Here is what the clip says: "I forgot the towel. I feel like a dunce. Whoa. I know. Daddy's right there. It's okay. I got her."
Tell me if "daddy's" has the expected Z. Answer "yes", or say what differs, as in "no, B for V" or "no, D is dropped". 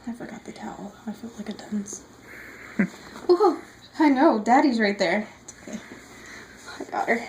yes